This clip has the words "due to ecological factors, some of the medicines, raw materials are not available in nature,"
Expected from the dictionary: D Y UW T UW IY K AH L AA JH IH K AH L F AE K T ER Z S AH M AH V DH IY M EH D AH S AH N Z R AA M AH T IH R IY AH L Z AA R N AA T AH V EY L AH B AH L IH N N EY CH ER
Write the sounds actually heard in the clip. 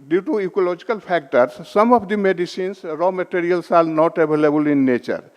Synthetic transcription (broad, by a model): D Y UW T UW IY K AH L AA JH IH K AH L P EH K T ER S AH M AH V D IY M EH D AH S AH N S R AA M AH T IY R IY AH L S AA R N AA T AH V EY L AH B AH L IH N N EY CH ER